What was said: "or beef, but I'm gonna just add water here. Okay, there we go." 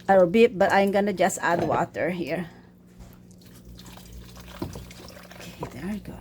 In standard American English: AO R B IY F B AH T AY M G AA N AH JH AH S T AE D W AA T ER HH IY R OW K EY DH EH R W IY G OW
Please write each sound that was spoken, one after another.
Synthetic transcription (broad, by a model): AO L B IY P B AH T AY M G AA N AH JH AH S T AE D W AA T ER HH IY R OW K EY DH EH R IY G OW